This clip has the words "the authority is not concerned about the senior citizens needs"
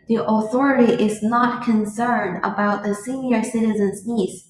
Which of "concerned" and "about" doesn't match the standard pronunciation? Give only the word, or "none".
none